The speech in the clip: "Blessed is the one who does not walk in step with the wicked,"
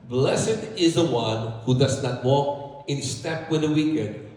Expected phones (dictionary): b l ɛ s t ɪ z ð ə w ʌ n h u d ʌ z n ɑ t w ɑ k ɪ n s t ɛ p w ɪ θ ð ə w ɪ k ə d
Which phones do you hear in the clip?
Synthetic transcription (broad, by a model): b l ɛ s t ɪ z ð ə w ʌ n h u d ʌ z n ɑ t w ɑ k ɪ n s t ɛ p w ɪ ð ə w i k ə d